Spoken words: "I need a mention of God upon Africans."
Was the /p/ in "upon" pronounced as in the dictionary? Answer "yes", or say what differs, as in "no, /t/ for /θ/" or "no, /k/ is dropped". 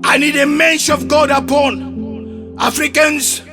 yes